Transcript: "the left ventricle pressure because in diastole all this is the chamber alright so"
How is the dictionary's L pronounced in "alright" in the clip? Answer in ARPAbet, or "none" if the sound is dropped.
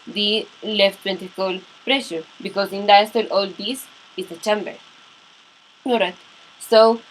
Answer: none